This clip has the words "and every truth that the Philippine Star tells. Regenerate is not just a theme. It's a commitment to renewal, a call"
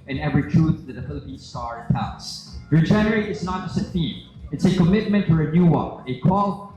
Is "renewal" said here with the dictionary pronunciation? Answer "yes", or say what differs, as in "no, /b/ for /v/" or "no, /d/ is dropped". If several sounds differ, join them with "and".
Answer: no, /n/ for /l/